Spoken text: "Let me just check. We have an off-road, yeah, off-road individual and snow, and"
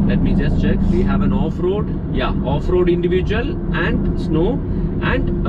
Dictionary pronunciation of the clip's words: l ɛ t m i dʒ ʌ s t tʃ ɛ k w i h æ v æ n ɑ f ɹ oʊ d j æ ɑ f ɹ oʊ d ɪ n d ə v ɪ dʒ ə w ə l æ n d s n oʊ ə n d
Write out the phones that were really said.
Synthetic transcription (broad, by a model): l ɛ t m i dʒ ʌ s t tʃ ɛ k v i h æ v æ n ɑ f ɹ oʊ d j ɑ ɑ f ɹ oʊ d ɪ n d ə v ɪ dʒ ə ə l æ n d s n oʊ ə n d